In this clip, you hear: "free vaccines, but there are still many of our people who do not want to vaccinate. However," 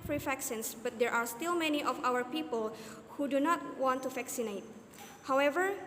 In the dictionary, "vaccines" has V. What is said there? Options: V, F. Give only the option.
F